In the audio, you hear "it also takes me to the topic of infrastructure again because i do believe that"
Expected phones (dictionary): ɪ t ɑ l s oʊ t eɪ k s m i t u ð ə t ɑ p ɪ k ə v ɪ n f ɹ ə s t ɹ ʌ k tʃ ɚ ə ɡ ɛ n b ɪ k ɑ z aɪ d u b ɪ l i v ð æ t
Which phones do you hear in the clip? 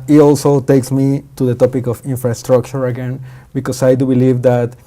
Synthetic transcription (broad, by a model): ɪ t ɑ l s oʊ t eɪ k s m i t u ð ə t ɑ p ɪ k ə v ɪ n f ɹ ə s t ɹ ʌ k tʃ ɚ ə ɡ ɛ n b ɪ k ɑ s aɪ d u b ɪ l i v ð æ t